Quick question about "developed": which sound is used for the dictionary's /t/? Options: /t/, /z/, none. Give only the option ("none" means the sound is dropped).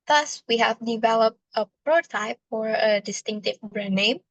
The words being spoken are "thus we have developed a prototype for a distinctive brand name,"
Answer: /t/